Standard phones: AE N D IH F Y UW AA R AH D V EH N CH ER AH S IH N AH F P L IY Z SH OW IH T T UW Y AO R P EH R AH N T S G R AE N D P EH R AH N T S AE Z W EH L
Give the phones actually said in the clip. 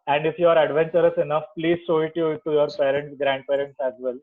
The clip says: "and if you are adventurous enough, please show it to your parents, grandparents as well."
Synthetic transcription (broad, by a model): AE N D IH F Y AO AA R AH D V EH N CH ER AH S IH N AH F P L IY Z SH OW IH T T UW Y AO R P EH R AH N T S G R AE N D P EH R AH N T S AE Z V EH L